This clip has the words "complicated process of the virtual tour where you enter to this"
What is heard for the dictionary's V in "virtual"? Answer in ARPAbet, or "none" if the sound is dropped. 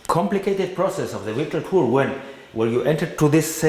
W